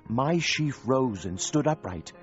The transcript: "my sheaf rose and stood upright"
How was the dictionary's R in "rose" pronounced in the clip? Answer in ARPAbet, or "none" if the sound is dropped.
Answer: R